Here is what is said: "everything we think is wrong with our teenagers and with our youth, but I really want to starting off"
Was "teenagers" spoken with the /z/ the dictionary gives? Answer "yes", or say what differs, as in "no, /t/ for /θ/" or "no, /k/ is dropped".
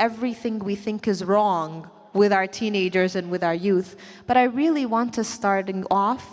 yes